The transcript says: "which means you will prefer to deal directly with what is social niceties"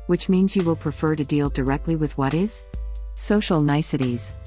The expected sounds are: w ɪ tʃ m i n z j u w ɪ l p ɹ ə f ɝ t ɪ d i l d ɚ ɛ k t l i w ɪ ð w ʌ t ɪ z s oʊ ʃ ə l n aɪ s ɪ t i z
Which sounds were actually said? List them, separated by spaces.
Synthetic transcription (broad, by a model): w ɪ tʃ m i n z j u w ɪ l p ɹ ə f ɝ t ɪ d i l d ɚ ɛ k t l i w ɪ ð w ʌ t ɪ z s oʊ ʃ l n aɪ s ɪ t i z